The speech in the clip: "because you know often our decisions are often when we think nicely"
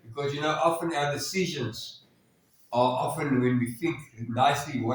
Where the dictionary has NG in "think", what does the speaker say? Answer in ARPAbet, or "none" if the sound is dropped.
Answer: NG